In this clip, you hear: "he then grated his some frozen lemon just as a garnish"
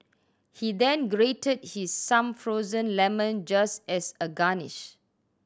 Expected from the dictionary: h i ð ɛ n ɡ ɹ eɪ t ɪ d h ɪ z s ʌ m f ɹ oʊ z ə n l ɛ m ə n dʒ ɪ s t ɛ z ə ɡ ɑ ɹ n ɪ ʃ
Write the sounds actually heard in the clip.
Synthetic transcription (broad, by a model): h i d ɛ n ɡ ɹ eɪ t ɪ d h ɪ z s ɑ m f ɹ oʊ z ə n l ɛ m ə n dʒ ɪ s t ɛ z ə ɡ ɑ n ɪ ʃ